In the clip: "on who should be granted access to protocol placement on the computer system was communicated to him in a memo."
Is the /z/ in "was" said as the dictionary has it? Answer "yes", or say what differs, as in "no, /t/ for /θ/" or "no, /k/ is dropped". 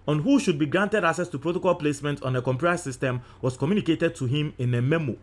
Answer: no, /s/ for /z/